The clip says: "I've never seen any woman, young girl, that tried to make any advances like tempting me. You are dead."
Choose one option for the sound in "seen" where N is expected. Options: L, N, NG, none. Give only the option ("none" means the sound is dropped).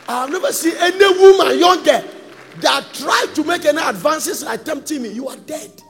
none